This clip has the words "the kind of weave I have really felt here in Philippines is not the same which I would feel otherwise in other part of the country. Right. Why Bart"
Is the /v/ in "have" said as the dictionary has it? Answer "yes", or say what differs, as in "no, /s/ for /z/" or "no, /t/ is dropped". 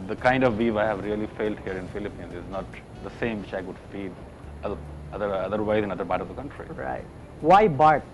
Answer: yes